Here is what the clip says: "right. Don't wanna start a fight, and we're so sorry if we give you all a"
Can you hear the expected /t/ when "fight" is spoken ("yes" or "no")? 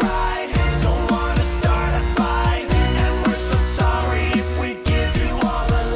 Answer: no